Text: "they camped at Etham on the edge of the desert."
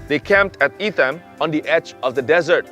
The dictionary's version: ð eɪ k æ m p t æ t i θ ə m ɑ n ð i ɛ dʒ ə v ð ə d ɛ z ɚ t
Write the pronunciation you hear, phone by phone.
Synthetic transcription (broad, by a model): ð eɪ k æ m p t æ t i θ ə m ɑ n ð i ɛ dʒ ə v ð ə d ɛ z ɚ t